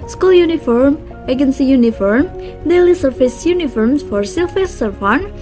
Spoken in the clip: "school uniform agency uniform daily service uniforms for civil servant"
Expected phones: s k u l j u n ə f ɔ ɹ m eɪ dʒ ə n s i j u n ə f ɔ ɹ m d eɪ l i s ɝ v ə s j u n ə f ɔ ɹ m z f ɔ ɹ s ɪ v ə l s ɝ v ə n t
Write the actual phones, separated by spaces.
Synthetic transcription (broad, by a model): s k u l j u n ə f ɔ ɹ m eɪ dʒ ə n s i j u n ə f ɔ ɹ m d eɪ l i s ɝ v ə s j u n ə f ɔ ɹ m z f ɔ ɹ s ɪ f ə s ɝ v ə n